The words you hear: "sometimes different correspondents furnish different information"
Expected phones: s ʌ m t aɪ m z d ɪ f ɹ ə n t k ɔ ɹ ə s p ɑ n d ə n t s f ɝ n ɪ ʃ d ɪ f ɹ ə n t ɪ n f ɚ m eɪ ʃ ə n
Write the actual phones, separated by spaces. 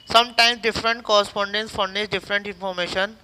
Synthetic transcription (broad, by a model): s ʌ m t aɪ m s d ɪ f ɹ ə n t k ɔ ɹ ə s p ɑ n d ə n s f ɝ n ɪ s d ɪ f ɹ ə n t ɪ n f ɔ m eɪ ʃ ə n